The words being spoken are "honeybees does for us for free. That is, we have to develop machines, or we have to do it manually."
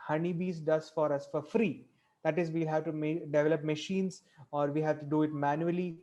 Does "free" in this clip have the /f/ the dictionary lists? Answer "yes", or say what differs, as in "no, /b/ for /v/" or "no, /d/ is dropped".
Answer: yes